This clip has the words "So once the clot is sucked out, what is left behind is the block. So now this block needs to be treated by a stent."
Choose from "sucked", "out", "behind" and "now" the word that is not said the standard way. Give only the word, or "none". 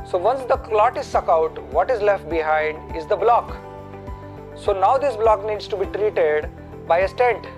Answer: sucked